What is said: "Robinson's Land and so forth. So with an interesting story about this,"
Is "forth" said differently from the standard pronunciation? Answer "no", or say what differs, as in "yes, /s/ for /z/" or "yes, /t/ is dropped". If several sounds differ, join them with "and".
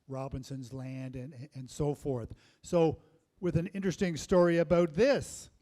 no